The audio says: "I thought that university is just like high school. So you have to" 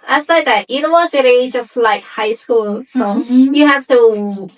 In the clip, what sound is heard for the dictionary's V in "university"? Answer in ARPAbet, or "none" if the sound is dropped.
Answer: W